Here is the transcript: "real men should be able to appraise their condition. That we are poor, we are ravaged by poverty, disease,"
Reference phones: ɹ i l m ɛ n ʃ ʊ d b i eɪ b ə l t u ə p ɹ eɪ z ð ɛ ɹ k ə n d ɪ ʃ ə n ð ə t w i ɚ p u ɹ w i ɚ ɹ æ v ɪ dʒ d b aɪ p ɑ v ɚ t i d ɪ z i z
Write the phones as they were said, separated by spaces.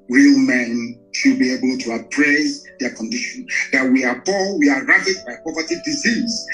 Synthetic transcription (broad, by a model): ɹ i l m ɛ n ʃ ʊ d b i eɪ b ə l t u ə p ɹ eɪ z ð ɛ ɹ k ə n d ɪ ʃ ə n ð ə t w i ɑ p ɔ l w i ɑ ɹ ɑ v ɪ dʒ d b aɪ p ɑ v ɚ t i d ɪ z i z